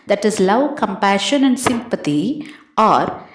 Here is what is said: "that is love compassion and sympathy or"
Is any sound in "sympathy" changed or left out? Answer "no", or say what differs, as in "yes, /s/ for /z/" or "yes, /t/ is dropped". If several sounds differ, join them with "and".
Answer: yes, /t/ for /θ/